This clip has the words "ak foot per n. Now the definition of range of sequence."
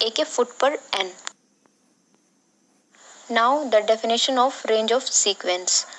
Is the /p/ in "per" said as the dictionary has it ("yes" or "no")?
yes